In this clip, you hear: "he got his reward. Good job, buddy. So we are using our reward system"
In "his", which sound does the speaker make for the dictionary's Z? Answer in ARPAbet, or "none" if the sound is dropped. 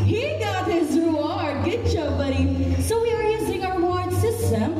Z